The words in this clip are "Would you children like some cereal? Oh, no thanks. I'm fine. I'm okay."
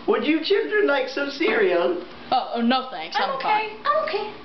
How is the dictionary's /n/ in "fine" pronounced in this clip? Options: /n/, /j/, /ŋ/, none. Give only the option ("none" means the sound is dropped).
none